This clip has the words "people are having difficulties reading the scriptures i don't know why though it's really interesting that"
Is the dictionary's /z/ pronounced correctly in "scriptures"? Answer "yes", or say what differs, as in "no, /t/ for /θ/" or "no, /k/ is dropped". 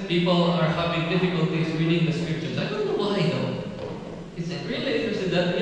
no, /s/ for /z/